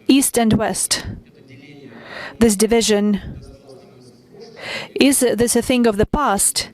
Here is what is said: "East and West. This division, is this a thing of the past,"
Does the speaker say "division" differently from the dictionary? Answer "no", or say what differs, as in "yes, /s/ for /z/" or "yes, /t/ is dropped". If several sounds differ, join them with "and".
no